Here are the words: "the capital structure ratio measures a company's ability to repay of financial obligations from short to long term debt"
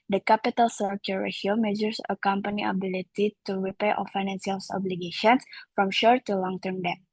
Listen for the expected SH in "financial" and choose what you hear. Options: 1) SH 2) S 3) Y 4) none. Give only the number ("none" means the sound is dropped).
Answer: 2